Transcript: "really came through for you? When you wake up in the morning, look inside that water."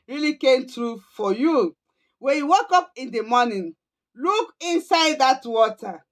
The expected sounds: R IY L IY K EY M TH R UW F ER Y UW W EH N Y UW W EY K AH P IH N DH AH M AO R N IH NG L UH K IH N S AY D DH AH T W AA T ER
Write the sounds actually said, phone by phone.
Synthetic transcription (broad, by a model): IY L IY K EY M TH R UW F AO Y UW W EH N Y UW W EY K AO P IH N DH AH M AO N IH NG L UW K IH N S AY D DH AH T W AA T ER